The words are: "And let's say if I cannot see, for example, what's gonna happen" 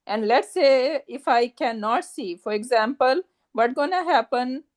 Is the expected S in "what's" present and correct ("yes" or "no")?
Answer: no